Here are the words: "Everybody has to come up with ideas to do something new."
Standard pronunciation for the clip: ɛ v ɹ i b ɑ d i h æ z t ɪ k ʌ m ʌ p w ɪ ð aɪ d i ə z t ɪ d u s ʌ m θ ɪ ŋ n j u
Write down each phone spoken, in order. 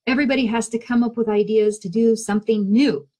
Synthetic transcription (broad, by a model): ɛ v ɹ i b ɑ d i h æ z t ɪ k ʌ m ʌ p w ɪ ð aɪ d i ə z t ɪ d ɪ s ʌ m θ ɪ ŋ n j u